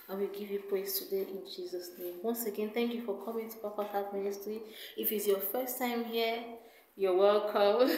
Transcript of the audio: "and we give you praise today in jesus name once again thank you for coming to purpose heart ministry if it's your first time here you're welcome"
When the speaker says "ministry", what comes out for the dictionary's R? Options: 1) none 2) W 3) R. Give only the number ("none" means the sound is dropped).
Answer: 3